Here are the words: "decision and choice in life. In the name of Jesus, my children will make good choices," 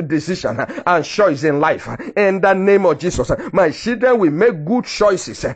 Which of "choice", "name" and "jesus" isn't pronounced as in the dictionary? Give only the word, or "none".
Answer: jesus